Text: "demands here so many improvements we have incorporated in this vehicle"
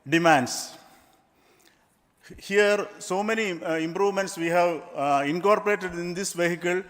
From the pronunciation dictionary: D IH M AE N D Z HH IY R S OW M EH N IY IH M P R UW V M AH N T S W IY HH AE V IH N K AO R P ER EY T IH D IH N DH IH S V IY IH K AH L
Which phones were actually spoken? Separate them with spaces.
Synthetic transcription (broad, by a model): D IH M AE N D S HH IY R S OW M EH N IY IH M P R UW V M AH N T S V IY HH AE V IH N K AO R P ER EY T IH D IH N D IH S V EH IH K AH L